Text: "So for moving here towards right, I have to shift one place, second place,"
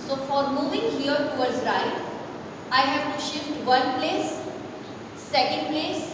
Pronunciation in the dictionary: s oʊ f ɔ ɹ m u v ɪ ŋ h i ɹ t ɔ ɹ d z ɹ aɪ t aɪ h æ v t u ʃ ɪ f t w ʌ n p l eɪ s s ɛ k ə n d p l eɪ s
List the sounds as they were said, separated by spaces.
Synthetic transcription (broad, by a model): s oʊ f ɔ ɹ m u v ɪ ŋ h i ɹ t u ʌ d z ɹ aɪ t aɪ h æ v t u ʃ ɪ f t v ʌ n p l eɪ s s ɛ k ə n d p l eɪ s